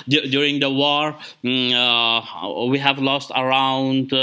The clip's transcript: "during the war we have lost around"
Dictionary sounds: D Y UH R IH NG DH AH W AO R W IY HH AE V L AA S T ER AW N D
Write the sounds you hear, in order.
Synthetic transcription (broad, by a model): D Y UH R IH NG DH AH W AO R W IY HH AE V L AA S T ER AW N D